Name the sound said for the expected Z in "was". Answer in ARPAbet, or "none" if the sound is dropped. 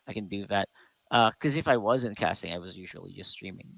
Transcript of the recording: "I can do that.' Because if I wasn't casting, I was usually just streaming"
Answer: Z